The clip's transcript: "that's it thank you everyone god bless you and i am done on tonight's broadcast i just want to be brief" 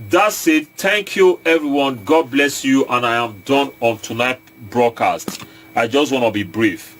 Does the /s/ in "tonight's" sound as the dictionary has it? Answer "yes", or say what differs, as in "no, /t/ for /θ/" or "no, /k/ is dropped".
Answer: no, /s/ is dropped